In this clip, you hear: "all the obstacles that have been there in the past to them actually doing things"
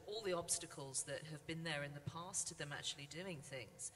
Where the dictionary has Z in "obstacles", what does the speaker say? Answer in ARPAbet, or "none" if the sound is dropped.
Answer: Z